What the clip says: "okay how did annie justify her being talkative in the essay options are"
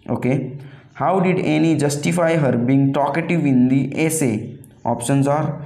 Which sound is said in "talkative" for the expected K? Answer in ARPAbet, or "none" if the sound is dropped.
K